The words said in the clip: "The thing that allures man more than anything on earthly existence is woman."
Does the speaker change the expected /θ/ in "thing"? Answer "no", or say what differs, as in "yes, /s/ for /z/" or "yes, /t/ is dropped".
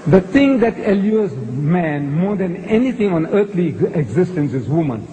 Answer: yes, /t/ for /θ/